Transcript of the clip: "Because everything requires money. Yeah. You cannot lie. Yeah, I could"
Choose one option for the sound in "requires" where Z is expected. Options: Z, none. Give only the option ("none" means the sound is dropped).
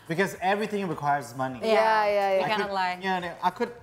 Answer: Z